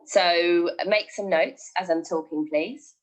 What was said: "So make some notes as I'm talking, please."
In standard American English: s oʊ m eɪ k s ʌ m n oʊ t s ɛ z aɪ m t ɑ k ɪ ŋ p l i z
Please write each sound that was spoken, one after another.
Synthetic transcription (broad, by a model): s oʊ m eɪ k s ʌ m n oʊ t s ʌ z aɪ m t ɑ k ɪ ŋ p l i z